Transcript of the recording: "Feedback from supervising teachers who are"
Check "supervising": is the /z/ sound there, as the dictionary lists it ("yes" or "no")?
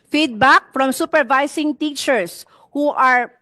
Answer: no